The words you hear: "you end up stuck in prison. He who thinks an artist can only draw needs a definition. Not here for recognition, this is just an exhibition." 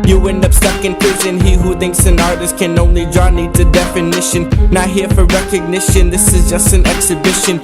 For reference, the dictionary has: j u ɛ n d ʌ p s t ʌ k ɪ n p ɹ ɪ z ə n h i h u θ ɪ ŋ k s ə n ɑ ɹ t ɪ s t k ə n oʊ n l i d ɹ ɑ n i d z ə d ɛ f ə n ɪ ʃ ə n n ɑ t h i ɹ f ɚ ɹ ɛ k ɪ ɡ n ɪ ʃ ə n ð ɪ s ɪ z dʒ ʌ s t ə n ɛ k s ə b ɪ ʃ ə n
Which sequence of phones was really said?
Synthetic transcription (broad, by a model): j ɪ ɛ n d ʌ p s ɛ k ɪ n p ɹ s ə n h i h u θ ɪ ŋ k s ə n ɑ ɹ t ɪ s t k ə n oʊ n l i d ɹ ɑ n i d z ə d ɛ f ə n ɪ ʃ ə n n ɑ h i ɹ f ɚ ɹ ɛ k ɪ ɡ n ɪ ʃ ə n ð ɪ s ɪ z dʒ ʌ s t ə n ɛ k s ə b ɪ ʃ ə n